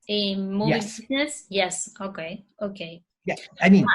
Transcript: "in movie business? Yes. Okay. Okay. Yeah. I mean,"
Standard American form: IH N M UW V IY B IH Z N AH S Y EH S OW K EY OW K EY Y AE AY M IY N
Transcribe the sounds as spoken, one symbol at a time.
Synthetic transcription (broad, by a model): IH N M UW IY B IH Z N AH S Y EH S OW K EY OW K EY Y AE AY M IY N